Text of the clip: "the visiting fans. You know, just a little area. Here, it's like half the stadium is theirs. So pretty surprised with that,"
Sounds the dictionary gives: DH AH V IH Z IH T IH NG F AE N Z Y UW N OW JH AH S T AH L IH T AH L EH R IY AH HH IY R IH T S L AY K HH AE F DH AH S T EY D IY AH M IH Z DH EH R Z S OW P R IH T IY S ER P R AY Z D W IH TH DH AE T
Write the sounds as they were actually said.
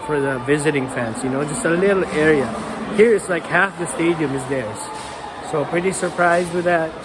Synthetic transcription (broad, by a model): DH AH V IH Z IH T IH NG F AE N S Y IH N OW JH AH S T AH L IH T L EH R IY AH HH IY R IH T S L AY K HH AE F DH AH S T EY D IY AH M IH Z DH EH R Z S OW P R IH T IY S ER P R AY Z D W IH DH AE T